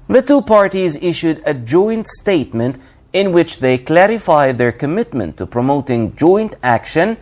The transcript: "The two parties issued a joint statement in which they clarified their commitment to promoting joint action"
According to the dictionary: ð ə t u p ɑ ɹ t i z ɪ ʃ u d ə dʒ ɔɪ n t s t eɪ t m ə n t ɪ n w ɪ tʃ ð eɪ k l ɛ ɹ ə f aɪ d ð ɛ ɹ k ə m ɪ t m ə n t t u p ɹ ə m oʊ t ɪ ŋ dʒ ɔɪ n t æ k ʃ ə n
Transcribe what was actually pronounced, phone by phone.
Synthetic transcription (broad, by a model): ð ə t u p ɑ ɹ t i z ɪ ʃ u d ə dʒ ɔɪ n t s t eɪ t m ə n t ɪ n w ɪ tʃ ð eɪ k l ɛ ɹ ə f aɪ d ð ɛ ɹ k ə m ɪ t m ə n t t u p ɹ ə m oʊ t ɪ ŋ dʒ ɔɪ n t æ k ʃ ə n